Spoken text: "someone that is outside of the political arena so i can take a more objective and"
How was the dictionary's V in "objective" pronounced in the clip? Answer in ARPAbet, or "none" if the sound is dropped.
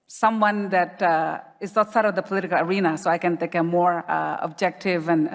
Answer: V